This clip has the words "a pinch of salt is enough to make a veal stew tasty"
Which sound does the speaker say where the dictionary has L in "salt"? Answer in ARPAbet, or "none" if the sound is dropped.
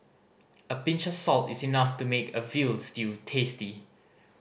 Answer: L